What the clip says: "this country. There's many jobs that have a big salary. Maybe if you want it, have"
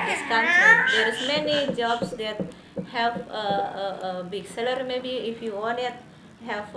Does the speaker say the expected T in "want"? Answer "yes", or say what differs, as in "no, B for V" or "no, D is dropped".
no, T is dropped